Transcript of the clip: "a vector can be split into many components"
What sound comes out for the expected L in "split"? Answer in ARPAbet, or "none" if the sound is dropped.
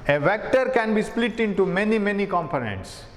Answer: L